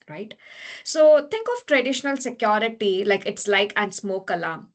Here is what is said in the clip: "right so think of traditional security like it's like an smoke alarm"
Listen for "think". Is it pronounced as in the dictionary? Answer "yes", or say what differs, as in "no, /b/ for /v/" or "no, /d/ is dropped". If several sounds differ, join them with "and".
no, /t/ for /θ/